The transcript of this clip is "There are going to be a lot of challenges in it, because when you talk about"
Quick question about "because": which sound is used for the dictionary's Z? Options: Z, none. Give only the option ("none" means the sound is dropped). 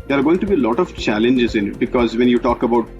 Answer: Z